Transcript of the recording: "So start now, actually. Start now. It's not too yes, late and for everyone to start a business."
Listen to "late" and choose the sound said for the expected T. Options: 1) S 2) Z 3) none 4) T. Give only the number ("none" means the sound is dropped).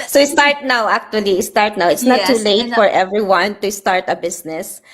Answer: 3